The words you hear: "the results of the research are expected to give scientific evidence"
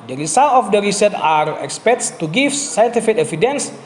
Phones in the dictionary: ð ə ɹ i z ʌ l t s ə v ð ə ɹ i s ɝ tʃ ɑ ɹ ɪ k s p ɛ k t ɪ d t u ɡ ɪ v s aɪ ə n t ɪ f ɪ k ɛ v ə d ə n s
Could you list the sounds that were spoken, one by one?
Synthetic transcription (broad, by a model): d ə ɹ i s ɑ l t ə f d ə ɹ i s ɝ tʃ ɑ ɹ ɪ k s p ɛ t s t u ɡ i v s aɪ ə n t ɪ f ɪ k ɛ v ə d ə n s